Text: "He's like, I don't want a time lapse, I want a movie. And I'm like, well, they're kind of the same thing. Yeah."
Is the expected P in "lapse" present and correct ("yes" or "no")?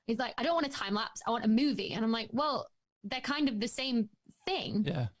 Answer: yes